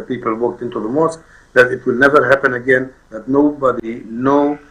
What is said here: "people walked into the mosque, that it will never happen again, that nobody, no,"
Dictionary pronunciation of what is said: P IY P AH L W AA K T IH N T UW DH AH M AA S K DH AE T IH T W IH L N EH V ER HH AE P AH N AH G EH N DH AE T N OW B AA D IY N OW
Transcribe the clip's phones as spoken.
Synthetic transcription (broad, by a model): P IY P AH L W AA K T IH N T UW DH AH M AA S K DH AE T IH T W IH L N EH V ER HH AE P AH N AH G EH N DH AE T N OW B AA D IY N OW